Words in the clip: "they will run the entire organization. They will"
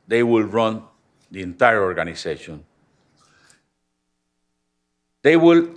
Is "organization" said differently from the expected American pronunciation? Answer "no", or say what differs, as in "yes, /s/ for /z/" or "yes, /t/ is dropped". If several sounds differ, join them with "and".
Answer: yes, /s/ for /z/